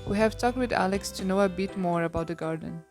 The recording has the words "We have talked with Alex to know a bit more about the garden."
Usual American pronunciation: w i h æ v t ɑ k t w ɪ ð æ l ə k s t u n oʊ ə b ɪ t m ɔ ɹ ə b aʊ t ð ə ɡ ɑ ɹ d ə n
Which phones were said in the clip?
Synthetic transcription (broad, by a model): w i h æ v t ɑ k t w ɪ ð æ l ə k s t u n oʊ ə b ɪ t m ɔ ɹ ə b aʊ t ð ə ɡ ɑ ɹ d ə n